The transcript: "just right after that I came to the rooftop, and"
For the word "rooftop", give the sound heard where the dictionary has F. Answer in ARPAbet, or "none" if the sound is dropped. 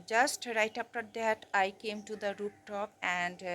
P